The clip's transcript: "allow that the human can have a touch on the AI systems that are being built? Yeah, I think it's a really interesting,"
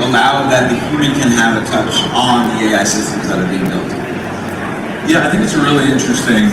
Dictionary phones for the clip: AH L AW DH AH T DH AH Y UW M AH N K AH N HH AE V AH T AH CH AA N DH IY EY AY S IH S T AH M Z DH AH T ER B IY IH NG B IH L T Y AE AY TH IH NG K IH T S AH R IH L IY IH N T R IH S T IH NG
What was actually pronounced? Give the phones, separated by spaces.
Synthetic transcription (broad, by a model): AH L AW DH AH T DH AH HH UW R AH K AH N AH V AH T AH CH N DH IY EY AY S IH S T AH M Z DH AH T ER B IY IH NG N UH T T Y AE AY TH IH NG K IH T S AH R IH L IY IH N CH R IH S T IH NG